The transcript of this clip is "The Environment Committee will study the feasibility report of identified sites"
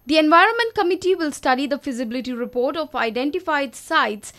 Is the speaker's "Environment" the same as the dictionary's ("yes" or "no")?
yes